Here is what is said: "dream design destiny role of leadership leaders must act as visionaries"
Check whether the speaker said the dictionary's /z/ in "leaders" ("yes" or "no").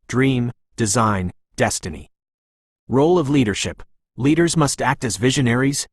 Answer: yes